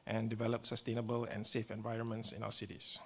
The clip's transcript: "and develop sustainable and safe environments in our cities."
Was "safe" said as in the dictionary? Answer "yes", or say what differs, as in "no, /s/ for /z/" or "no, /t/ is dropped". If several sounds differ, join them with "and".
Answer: yes